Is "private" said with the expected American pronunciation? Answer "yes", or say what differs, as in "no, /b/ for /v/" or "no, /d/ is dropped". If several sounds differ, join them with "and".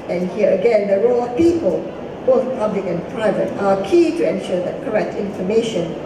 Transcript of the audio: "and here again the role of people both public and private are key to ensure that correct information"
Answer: yes